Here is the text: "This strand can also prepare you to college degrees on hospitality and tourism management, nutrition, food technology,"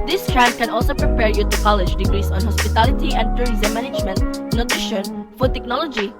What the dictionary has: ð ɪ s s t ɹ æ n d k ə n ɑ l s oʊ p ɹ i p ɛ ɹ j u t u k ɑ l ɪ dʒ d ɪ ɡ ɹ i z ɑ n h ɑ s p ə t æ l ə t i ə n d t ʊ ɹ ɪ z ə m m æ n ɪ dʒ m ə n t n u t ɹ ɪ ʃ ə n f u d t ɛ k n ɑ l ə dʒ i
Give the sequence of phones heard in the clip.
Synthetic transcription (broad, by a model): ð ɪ s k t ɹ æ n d k ə n ɑ l s oʊ p ɹ i p ɛ ɹ j u t u k ɑ l ɪ dʒ d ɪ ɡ ɹ i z ɑ n h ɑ s p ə t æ l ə t i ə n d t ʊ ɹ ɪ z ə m m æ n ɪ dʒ m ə n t n u t ɹ ɪ ʃ ə n f u d t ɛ k n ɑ l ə dʒ i